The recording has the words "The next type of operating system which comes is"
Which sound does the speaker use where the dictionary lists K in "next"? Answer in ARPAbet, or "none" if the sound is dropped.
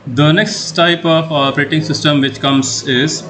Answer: K